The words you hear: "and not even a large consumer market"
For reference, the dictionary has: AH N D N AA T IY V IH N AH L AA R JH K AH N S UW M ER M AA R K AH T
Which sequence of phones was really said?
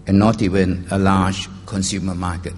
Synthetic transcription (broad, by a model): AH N N AA T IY W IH N AH L AA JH K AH N S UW M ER M AA K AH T